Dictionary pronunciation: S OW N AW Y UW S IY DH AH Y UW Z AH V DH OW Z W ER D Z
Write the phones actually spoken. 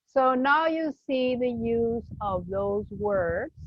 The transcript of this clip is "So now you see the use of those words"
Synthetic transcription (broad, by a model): S OW N AW Y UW S IY DH AH Y UW Z AH V DH OW Z W ER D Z